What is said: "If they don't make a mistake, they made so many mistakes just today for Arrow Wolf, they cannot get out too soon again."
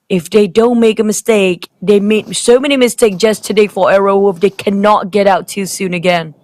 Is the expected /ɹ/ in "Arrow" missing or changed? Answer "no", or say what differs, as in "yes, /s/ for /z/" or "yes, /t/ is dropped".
no